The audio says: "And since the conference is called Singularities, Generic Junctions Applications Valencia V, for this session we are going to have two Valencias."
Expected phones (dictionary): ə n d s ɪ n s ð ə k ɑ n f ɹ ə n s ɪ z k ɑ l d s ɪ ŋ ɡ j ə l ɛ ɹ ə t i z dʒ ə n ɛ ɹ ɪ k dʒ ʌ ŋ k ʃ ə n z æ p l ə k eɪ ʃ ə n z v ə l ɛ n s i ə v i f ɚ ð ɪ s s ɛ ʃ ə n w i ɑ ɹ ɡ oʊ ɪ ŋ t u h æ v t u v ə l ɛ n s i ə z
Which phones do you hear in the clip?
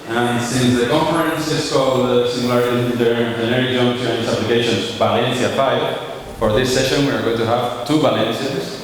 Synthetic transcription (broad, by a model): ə n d s ɪ n s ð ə k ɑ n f ɹ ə n s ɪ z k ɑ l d s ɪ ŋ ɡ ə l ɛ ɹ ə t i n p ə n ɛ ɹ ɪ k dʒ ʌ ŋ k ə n s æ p l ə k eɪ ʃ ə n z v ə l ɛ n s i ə p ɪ f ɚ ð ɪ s s ɛ ʃ ə n w i ɑ ɹ ɡ oʊ ɪ ŋ t u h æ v t u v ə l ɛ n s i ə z